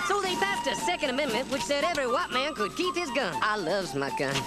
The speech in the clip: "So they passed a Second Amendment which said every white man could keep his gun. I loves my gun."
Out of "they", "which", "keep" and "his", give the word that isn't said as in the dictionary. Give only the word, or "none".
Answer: none